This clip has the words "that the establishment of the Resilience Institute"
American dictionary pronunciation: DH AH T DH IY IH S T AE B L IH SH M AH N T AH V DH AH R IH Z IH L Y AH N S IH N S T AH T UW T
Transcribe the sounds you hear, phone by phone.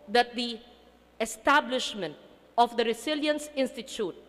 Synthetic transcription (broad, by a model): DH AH T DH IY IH S T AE B L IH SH M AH N T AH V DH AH R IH S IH L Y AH N S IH N S T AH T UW T